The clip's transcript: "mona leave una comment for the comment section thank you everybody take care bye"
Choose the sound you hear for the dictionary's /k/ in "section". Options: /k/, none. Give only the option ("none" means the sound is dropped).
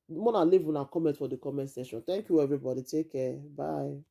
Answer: none